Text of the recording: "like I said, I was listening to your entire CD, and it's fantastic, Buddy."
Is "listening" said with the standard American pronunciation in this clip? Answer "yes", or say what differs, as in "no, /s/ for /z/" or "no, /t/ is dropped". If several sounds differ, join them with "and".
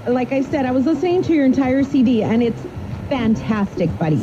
no, /n/ is dropped